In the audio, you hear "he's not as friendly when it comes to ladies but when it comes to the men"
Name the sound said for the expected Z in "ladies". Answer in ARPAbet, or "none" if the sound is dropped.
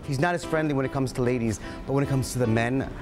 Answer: Z